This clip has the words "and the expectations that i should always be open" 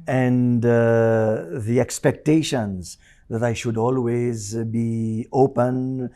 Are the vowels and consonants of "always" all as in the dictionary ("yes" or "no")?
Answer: yes